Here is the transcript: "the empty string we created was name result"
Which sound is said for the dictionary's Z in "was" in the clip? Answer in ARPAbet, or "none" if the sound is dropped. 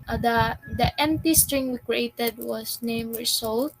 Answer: S